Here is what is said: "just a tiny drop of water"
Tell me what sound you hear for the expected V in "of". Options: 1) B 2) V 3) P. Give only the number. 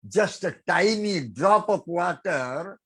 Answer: 3